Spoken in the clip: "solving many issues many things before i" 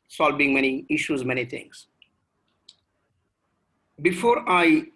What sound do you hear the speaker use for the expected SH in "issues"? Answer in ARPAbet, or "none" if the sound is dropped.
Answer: SH